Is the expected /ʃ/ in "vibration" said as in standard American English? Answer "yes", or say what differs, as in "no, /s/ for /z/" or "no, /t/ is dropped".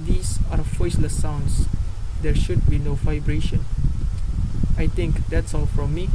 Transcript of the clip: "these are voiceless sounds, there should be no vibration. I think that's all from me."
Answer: yes